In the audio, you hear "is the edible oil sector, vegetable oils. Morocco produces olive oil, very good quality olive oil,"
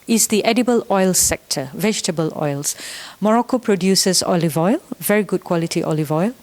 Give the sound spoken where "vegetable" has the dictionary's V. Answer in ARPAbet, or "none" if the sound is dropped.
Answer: V